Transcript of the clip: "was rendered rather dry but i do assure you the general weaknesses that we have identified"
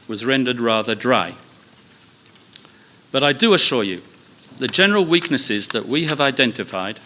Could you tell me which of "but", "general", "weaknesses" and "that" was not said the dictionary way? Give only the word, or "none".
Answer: none